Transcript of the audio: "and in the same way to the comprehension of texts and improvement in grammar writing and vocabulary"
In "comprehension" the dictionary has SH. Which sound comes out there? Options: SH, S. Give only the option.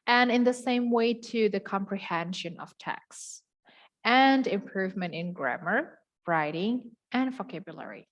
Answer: SH